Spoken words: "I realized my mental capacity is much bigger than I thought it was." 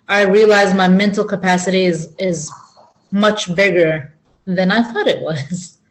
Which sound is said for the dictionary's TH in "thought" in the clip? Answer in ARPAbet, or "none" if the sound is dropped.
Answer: TH